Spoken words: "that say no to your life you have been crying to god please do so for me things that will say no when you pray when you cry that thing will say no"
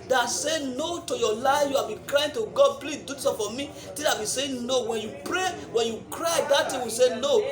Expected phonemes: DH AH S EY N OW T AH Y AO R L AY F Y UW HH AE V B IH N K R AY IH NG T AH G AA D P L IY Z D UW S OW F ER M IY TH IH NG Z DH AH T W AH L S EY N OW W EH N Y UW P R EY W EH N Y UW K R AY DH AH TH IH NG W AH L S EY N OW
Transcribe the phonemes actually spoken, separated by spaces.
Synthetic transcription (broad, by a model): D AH S EY N OW T AH Y AO L AY F Y UW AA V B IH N K R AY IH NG T AH G AA D P L IY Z D UW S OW F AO M IY T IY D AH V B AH S EY N OW W EH N Y UW P R EY W EH N Y UW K R AY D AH T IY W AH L S EY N OW